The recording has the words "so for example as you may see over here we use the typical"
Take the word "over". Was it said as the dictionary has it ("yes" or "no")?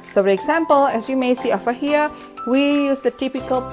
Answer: no